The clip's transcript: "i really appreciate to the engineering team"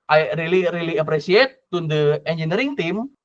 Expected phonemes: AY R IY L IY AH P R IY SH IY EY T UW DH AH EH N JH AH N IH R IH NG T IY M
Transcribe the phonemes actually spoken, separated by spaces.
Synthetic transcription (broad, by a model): AY R IY L IY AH P R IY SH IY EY T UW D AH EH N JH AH N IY R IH NG T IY M